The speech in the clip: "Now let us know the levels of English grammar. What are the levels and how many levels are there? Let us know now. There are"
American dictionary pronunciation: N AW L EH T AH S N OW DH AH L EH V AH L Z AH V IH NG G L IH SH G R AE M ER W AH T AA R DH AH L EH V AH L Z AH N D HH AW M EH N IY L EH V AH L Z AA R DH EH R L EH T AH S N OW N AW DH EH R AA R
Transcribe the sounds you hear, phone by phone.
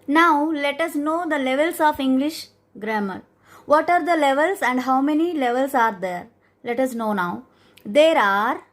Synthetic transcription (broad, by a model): N AW L EH T AH S N OW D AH L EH V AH L S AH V IH NG G L IH SH G R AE M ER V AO T AA R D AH L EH V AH L S AH N D HH AW M EH N IY L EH V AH L S AA R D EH R L EH T AH S N OW N AW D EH R AA R